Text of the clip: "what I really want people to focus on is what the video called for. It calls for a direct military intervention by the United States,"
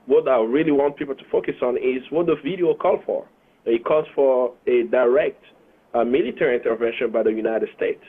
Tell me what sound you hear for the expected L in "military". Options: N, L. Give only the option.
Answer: L